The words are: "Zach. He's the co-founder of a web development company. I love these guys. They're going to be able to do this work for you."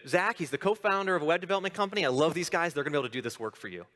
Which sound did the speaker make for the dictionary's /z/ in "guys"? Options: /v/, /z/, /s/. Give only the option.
/z/